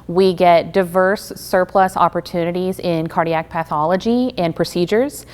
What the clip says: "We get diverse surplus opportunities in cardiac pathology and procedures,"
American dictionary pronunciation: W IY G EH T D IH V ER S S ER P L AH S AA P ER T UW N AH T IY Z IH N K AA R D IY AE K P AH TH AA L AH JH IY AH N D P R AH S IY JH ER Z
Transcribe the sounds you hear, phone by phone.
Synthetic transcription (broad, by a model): W IY G EH T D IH V ER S S ER P L AH S AA P ER T UW N AH T IY Z IH N K AA R D IY AE K P AH TH AA L AH JH IY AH N P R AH S IY JH ER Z